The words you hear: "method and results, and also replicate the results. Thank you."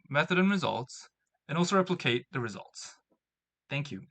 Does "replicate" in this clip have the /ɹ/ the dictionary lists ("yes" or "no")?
yes